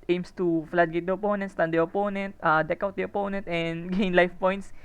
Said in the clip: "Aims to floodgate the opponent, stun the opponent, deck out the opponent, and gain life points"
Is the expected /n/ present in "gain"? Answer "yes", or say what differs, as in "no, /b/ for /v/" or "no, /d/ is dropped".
yes